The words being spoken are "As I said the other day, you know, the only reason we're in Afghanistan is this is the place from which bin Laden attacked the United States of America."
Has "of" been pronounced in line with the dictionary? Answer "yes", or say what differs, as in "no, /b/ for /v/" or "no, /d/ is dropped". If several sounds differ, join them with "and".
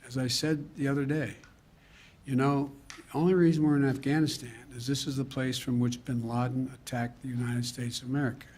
yes